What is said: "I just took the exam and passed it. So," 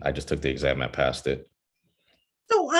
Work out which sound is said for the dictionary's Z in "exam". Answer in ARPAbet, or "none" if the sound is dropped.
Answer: Z